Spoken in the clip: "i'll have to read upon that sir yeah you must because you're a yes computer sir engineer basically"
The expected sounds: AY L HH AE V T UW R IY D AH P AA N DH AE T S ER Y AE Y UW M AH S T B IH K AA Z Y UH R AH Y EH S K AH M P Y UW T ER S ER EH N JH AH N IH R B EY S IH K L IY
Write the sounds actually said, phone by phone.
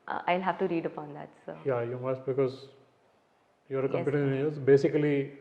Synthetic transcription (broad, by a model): AY L HH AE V T UW R IY D AH P AA N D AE T S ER Y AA Y UW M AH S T B IH K AA Z Y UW AH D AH K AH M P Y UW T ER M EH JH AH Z B EY S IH K L IY